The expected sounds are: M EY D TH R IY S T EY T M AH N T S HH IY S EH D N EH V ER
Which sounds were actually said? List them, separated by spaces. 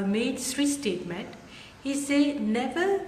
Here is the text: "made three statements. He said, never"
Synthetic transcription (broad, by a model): M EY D S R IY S T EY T M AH N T HH IY S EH N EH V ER